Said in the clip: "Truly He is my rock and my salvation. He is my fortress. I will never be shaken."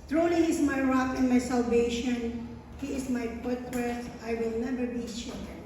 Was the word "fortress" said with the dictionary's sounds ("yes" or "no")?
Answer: no